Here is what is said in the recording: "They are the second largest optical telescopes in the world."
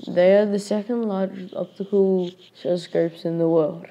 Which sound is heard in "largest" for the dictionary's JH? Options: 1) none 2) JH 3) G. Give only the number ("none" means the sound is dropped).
1